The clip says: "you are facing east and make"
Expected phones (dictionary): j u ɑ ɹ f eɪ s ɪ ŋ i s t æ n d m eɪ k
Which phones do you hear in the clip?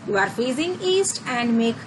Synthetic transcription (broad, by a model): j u ɑ ɹ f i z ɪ ŋ i s t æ n d m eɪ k